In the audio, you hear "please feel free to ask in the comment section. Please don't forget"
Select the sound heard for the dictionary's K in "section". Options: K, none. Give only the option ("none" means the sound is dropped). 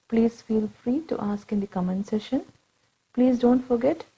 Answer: none